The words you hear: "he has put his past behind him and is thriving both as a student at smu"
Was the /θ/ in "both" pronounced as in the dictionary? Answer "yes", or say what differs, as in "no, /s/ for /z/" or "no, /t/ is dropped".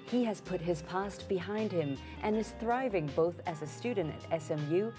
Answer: yes